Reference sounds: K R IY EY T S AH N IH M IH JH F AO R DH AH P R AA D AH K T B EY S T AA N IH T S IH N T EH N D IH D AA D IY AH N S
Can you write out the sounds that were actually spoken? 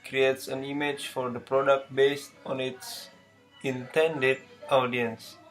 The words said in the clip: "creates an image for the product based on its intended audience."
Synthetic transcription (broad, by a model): K R IY EY T S AH N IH M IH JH F AO R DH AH P R AA D AH K T B EY S T AA N IH T S IH N T EH N D IH D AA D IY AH N S